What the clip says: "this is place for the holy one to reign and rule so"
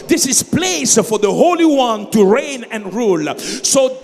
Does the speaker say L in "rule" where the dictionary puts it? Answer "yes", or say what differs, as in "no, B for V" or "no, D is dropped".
yes